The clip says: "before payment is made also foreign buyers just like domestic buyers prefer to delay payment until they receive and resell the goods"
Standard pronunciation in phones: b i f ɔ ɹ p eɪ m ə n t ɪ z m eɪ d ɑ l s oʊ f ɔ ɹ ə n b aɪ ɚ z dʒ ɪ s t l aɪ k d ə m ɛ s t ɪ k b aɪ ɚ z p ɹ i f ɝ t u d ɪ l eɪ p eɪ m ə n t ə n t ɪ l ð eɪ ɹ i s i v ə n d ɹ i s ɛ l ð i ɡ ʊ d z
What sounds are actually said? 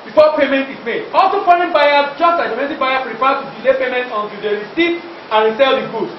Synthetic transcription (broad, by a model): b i f ɔ p eɪ m ə n t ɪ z m eɪ d ɑ l s oʊ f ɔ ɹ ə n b aɪ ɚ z dʒ ɪ s t l aɪ k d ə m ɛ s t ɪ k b aɪ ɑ p ɹ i p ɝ t u d ɪ l eɪ p eɪ m ə n t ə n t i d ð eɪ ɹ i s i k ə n ɹ i s ɛ l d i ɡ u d